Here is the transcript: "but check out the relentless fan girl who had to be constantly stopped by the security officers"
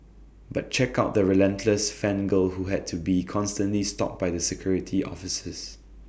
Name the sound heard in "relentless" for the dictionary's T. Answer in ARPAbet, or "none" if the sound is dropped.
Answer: T